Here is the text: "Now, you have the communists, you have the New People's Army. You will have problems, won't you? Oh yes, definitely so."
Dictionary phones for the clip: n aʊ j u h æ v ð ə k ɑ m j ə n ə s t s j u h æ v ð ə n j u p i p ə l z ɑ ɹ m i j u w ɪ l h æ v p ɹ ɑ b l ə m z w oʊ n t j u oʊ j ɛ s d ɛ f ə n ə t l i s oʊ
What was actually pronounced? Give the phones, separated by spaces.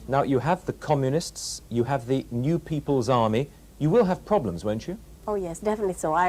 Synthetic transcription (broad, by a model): n aʊ j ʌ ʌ v ð ə k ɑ m j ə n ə s t s j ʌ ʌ v ð ə n j u p i p ə l z ɑ ɹ m i j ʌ w ɪ l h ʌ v p ɹ ɑ b l ə m z w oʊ n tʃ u oʊ j ɛ s d ɛ f ə n ə t l i s oʊ